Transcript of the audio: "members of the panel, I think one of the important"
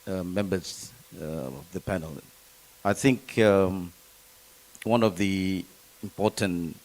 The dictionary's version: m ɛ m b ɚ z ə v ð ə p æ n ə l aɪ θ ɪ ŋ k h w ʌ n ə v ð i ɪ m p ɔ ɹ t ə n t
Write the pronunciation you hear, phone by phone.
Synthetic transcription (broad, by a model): m ɛ m b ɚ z ə v ð ə p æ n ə l aɪ θ ɪ ŋ k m w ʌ n ə v ð i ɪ m p ɔ ɹ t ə n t